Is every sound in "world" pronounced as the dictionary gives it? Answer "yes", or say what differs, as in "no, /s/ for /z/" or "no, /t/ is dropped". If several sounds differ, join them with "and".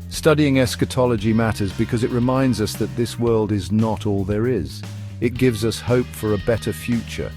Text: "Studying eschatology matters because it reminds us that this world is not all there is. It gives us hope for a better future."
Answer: yes